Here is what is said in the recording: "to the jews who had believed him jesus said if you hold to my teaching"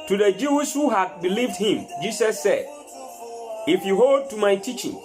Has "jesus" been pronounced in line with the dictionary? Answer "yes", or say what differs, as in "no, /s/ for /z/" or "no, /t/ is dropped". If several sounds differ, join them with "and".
no, /s/ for /z/